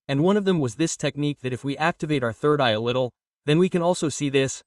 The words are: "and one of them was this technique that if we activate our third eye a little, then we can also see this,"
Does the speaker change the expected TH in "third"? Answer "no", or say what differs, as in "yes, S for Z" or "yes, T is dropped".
no